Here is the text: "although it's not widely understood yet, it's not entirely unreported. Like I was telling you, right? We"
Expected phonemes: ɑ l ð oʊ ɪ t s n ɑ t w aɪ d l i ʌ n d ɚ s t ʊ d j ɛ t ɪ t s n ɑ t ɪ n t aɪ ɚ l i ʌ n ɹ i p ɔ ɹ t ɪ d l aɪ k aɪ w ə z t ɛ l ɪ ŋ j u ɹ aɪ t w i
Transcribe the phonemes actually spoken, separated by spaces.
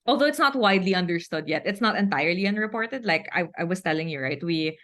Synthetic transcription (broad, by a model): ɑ l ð oʊ ɪ t s n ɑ t w aɪ d l i ʌ n d ɚ s t ʊ d j ɛ t ɪ t s n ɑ t ɪ n t aɪ ɚ l i ʌ n ɹ i p ɔ ɹ t ɪ d l aɪ k aɪ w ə s t ɛ l ɪ ŋ j u ɹ aɪ t w i